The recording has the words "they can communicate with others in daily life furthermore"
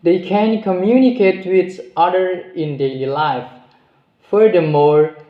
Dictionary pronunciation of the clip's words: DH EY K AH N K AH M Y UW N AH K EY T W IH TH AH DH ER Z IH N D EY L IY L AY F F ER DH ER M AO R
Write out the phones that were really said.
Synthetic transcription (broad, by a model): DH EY K AH N K AH M Y UW N AH K EY T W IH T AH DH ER IH N D EY L IY L AY F F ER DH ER M AO R